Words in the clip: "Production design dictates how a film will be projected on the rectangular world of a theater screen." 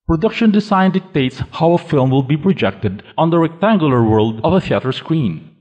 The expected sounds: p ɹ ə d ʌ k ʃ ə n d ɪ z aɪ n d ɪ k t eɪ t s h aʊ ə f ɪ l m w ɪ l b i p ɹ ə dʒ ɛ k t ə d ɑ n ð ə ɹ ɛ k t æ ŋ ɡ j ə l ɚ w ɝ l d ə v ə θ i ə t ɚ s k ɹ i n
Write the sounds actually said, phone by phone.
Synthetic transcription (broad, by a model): p ɹ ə d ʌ k ʃ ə n d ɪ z aɪ n d ɪ k t eɪ t s h aʊ ə f ɪ l m w ɪ l b i p ɹ ə dʒ ɛ k t ə d ɑ n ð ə ɹ ɛ k t æ ŋ ɡ j ə l ɚ w ɝ l d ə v ə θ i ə t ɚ s k ɹ i n